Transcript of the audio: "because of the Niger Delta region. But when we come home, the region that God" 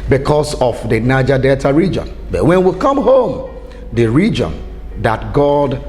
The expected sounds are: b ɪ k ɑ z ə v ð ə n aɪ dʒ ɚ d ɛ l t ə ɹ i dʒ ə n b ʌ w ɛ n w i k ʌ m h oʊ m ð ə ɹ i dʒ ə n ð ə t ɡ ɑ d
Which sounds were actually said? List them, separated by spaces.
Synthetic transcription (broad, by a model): b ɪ k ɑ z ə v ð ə n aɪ dʒ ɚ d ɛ t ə ɹ i dʒ ə n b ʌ w ɛ n w i k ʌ m h oʊ m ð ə ɹ i dʒ ə n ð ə t ɡ ɑ d